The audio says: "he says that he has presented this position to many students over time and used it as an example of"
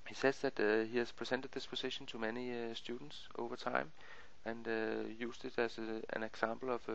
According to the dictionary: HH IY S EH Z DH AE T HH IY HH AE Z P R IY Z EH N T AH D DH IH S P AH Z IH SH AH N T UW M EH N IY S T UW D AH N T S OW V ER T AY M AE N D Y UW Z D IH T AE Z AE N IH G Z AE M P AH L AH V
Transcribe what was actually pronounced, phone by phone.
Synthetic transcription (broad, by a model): HH IY S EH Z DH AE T HH IY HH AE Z P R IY S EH N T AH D DH IH S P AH S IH SH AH N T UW M EH N IY S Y UW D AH N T S OW V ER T AY M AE N Y UW S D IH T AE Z AE N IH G S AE M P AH L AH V